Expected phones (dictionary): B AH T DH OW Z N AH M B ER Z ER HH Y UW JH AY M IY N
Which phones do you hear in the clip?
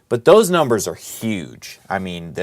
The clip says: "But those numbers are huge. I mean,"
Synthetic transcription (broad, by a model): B AH T DH OW Z N AH M B ER Z ER HH Y UW JH AY M IY N